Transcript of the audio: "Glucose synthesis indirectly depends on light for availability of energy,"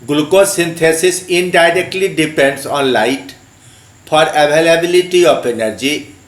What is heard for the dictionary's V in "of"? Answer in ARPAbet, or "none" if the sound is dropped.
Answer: P